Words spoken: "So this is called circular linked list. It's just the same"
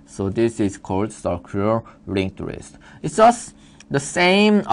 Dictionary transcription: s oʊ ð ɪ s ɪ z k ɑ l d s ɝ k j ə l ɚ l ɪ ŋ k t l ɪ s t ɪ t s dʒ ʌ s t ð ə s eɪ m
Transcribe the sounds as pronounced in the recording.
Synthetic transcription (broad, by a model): s oʊ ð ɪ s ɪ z k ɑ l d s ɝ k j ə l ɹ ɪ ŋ t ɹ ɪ s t ɪ t s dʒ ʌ s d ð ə s eɪ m